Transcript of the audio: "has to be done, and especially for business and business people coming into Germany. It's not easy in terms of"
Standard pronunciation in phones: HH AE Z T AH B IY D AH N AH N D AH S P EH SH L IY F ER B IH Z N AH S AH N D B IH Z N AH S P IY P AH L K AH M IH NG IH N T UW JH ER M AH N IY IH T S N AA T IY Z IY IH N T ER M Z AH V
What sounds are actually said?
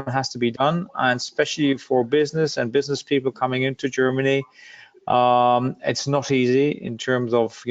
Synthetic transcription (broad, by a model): HH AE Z T AH B IY D AH N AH N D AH S P EH SH L IY F ER B IH Z N AH S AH N B IH Z N AH S P IY P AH L K AH M IH NG IH N T UW JH ER M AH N IY IH T S N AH T IY Z IY IH N T ER M Z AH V